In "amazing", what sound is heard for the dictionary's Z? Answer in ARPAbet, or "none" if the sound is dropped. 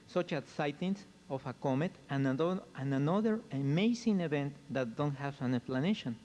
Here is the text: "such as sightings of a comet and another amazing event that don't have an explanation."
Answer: S